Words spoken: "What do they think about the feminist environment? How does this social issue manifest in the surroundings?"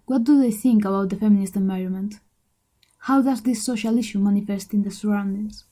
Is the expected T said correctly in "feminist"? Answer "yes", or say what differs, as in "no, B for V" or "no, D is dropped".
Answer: yes